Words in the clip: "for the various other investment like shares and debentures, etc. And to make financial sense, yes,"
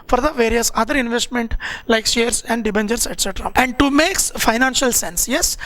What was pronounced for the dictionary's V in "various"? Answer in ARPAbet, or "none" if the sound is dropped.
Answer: V